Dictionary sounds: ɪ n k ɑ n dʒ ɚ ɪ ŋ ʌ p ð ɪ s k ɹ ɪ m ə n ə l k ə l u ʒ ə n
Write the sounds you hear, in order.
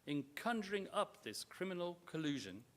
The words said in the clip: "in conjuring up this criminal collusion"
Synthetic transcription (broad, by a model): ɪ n k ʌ n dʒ ɚ ɪ ŋ ʌ p ð ɪ s k ɹ ɪ m ə n ə l k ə l u ʒ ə n